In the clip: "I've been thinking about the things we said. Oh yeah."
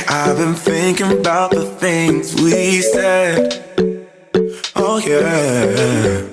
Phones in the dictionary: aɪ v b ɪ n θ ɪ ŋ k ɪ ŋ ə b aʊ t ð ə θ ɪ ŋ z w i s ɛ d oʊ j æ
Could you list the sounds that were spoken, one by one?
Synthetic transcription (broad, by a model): aɪ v b ɪ n θ ɪ ŋ k ɪ ŋ ə b aʊ t ð ə θ ɪ ŋ z w i s ɛ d oʊ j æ